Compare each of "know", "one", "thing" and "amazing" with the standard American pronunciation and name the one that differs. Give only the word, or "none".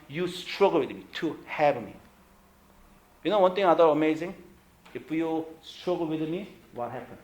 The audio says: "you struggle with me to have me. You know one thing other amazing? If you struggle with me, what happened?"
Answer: thing